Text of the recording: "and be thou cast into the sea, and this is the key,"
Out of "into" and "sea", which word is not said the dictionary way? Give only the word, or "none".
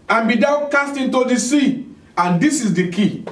none